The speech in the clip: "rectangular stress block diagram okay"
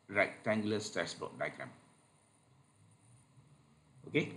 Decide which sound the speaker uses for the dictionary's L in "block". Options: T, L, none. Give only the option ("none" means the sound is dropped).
none